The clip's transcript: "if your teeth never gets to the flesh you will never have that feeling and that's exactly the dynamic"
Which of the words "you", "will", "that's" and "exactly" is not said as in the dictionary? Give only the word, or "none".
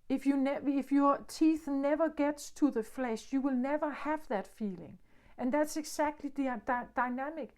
exactly